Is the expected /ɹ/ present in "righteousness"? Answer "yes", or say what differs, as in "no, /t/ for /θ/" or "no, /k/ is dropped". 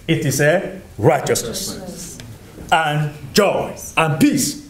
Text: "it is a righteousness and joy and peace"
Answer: yes